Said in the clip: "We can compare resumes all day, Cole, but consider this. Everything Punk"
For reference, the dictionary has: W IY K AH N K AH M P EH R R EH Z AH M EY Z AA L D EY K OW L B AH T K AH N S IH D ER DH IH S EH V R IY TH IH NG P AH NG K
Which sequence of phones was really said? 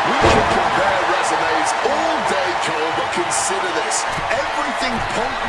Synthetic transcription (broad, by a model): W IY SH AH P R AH P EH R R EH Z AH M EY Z AA L D EY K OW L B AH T K AH N S IH D ER DH IH S EH V R IY TH IH NG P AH